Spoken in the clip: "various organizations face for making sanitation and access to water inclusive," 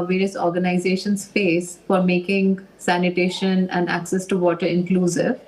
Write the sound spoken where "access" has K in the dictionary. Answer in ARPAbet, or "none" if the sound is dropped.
K